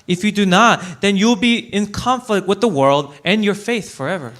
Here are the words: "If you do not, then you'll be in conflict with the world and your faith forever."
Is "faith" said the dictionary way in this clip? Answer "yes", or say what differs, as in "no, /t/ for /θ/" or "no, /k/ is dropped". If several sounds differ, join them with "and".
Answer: yes